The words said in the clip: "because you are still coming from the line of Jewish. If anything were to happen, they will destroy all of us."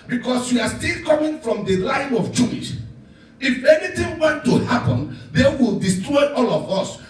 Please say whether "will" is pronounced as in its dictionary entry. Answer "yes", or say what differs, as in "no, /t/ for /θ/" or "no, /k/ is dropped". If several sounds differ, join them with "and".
yes